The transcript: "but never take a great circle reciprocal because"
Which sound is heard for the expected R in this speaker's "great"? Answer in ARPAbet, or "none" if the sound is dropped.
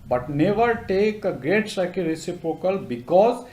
R